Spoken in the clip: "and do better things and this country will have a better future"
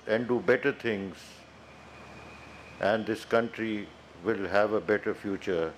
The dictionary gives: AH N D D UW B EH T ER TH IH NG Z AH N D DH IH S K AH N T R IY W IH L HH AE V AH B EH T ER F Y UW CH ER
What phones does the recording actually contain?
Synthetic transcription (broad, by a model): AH N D D UW B EH T ER T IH NG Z AH N D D IH S K AH N T R IY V IH L HH AE V AH B EH T ER F Y UW CH ER